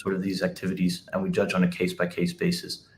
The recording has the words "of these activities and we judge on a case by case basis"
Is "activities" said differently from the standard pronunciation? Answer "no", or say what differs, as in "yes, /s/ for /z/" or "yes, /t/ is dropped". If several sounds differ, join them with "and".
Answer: no